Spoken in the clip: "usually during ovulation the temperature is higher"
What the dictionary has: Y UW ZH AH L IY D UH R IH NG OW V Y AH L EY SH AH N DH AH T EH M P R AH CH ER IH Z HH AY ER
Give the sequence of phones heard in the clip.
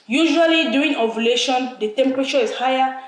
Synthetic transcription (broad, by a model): Y UW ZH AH L IY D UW IH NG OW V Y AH L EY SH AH N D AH T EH M P R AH CH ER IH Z HH AY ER